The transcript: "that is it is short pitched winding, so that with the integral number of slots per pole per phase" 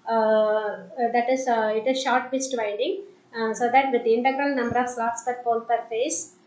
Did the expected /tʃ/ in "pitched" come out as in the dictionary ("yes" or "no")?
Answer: no